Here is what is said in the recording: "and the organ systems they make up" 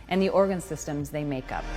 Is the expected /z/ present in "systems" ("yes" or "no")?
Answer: yes